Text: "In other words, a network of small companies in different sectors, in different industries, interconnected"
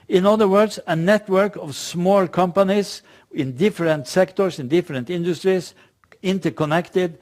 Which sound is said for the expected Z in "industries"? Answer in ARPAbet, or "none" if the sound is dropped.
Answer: S